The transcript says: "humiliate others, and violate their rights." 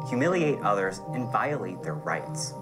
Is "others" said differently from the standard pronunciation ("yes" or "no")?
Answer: no